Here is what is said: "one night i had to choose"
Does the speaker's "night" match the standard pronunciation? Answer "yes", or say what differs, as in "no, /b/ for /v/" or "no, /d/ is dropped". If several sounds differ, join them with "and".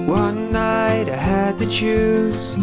yes